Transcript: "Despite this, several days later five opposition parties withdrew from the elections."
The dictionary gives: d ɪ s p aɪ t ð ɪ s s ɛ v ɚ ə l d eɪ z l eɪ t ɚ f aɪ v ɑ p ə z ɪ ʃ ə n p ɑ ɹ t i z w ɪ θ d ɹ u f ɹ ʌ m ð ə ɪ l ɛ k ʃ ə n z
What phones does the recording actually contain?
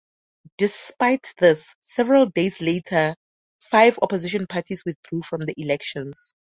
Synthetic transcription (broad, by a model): d ɪ s p aɪ t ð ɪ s s ɛ v ɚ ə l d eɪ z l eɪ t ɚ f aɪ v ɑ p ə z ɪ ʃ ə n p ɑ t i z w ɪ θ d ɹ u f ɹ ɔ m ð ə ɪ l ɛ k ʃ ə n s